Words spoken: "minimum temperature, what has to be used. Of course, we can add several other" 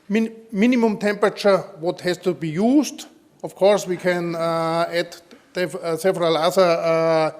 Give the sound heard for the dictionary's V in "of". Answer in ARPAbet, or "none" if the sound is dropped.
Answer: F